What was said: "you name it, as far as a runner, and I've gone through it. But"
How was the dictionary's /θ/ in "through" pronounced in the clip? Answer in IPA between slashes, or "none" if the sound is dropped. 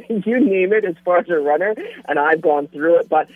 /θ/